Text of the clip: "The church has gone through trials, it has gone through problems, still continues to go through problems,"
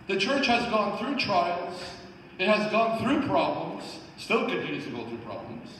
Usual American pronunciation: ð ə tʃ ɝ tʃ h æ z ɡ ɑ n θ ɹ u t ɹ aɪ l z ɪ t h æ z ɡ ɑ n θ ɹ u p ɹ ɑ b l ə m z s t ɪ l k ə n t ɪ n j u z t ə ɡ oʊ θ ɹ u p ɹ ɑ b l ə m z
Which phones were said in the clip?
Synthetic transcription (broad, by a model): ð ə tʃ ɝ tʃ h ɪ z ɡ ɑ n θ ɹ u t ɹ aɪ l z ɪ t h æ z ɡ ɑ n θ ɹ u p ɹ ɑ b l ə m z s t ɪ l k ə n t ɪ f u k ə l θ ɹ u p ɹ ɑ b l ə m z